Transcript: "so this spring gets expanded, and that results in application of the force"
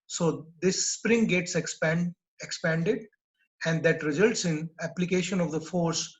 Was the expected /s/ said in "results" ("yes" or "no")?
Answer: yes